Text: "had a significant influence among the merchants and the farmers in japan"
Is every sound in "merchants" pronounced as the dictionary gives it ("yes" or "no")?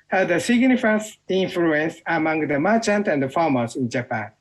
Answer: no